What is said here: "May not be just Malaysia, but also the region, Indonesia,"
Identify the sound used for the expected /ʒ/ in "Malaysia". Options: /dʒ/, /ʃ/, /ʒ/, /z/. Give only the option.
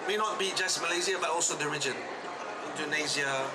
/z/